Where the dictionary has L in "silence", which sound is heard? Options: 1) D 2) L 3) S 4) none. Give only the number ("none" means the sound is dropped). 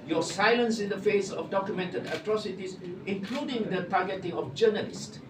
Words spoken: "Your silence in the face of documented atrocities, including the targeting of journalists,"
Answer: 2